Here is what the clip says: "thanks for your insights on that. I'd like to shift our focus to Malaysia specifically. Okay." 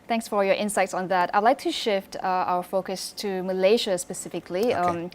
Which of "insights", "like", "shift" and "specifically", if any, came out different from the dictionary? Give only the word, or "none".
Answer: none